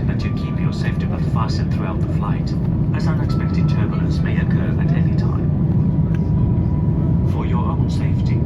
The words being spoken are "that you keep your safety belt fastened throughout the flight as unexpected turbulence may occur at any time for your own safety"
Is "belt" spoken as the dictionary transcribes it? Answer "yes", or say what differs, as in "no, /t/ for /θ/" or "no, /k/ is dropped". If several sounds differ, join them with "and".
no, /l/ is dropped